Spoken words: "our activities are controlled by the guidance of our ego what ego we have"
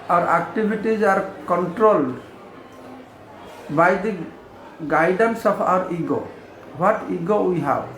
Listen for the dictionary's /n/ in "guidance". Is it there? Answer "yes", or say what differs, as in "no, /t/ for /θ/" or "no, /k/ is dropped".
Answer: yes